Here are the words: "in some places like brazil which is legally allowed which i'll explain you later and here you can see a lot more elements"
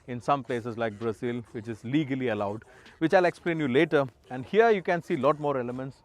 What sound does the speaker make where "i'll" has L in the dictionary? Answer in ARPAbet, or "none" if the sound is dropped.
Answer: L